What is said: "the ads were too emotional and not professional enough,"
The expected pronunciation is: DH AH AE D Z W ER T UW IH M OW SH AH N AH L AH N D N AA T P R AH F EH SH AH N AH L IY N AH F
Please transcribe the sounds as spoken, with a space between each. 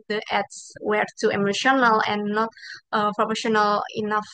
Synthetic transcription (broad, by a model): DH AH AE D S W ER T UW IH M OW SH AH N AH L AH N N AA T P R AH P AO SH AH N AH L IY N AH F